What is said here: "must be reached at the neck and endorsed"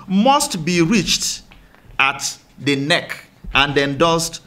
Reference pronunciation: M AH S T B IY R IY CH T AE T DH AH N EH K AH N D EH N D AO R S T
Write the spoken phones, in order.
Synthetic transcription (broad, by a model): M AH S T B IY R IY CH T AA T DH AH N EH K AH N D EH N D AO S T